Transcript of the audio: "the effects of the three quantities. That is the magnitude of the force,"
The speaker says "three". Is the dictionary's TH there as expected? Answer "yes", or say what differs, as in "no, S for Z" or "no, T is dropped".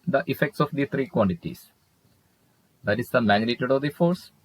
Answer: no, T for TH